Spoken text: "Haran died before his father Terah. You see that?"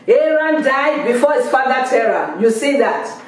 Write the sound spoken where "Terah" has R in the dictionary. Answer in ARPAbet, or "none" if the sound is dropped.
R